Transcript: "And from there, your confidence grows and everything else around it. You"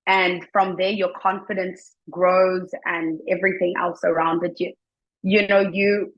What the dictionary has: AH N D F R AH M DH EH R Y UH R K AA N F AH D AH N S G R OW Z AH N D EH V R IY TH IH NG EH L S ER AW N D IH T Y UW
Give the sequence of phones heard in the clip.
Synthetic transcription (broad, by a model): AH N F R AH M DH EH R Y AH R K AA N F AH D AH N S G R OW Z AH N EH V R IY TH IH NG EH L S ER AW N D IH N Y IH